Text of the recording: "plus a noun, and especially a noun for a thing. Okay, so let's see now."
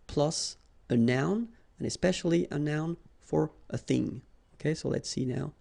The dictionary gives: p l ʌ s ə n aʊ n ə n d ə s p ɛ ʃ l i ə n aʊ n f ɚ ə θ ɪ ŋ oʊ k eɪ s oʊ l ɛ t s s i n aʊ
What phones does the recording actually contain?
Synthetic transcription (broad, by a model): p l ʌ s ə n aʊ n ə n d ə s p ɛ ʃ l i ə n aʊ n f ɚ ə θ ɪ ŋ oʊ k eɪ s oʊ l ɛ t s s i n aʊ